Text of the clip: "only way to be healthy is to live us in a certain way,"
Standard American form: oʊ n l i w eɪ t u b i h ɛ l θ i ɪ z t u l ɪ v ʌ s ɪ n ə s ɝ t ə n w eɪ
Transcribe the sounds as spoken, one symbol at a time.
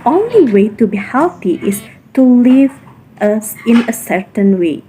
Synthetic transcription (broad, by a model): oʊ n l i w eɪ t u b i h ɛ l t i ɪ s t u l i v ʌ s ɪ n ə s ɝ t ə n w eɪ